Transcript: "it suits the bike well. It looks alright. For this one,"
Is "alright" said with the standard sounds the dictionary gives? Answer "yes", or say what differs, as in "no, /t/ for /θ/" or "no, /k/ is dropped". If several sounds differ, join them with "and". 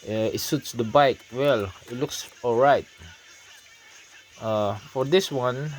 yes